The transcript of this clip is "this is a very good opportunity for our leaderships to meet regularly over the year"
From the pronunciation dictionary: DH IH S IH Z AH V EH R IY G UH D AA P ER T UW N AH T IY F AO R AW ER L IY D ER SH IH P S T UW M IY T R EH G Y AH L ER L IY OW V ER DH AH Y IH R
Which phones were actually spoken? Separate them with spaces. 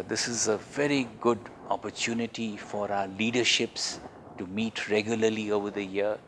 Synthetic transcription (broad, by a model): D IH S IH Z AH V EH R IY G UH D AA P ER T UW N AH T IY F AO R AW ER L IY D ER SH IH P S T UW M IY T R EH G Y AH L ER L IY OW V ER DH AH Y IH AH